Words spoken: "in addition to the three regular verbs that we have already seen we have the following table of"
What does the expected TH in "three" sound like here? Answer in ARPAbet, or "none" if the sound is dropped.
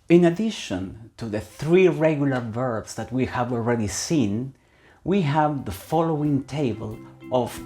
TH